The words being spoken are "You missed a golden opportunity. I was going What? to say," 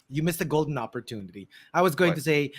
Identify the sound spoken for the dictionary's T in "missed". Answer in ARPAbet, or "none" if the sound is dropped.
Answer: none